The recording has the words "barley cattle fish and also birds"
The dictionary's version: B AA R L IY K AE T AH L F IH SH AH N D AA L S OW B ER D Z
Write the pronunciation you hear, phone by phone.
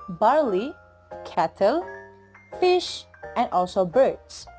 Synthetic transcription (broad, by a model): B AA R L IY K AE T AH L F IH SH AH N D AA L S OW B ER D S